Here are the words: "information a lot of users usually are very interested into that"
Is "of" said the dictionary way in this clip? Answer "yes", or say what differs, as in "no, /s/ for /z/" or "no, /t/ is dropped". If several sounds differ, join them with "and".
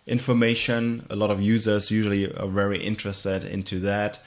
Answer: yes